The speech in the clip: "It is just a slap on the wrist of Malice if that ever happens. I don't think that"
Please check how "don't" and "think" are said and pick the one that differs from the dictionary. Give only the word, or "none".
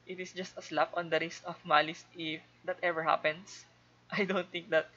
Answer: think